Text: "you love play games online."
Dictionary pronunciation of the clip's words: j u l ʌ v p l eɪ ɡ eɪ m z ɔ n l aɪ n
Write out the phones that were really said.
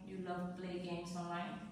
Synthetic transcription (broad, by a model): j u l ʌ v p l eɪ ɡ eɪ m s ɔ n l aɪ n